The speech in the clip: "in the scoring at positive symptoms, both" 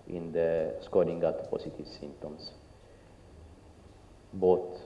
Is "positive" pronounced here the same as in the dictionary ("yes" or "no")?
no